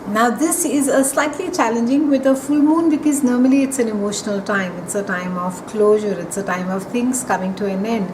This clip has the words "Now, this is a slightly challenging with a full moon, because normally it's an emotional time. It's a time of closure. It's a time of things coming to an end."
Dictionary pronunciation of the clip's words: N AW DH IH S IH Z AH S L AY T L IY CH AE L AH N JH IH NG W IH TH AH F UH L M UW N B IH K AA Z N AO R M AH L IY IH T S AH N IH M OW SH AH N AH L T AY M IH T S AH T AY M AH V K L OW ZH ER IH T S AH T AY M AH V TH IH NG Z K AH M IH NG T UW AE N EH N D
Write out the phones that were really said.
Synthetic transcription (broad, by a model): N AW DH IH S IH Z AH S L AY T L IY CH AE L AH N JH IH NG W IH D AH F UH L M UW N B IH K AA Z N AO R M AH L IY IH T S AH N IH M OW SH AH N AH L T AY M IH T S AH T AY M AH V K L OW ZH ER IH T S AH T AY M AH V T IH NG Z K AH M IH NG T UW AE N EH N D